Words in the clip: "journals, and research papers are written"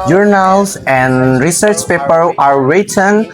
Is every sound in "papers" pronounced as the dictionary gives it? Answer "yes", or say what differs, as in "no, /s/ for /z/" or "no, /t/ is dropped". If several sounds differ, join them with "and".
no, /z/ is dropped